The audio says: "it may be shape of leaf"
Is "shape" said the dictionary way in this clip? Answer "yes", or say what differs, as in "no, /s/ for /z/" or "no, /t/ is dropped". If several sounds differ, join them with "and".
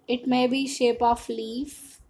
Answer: yes